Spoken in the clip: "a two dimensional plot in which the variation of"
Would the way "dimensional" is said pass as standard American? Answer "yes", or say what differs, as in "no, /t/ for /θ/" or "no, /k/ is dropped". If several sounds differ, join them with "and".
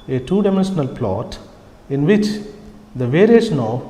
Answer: yes